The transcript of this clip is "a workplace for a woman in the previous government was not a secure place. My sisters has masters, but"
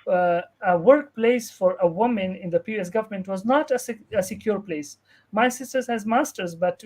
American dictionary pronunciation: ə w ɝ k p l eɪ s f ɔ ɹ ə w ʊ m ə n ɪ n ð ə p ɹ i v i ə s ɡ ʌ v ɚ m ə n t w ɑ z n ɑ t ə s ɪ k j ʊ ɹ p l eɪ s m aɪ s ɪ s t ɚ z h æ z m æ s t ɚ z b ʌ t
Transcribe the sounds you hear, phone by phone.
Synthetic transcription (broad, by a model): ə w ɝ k p l eɪ s f ɔ ɹ ə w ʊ m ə n ɪ n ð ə p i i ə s ɡ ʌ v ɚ m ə n t w ɑ z n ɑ t ə s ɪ k j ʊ ɹ p l eɪ s m aɪ s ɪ s t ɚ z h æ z m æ s t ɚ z b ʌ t